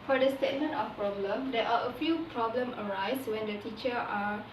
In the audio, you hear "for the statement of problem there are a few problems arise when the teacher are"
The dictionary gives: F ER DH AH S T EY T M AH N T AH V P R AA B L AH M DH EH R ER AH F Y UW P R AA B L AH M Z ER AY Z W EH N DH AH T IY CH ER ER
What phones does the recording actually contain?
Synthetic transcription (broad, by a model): F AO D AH S T EY T M AH N T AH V P R AA B L AH M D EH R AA AH F Y UW P R AA B L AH M ER AY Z W EH N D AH T IY CH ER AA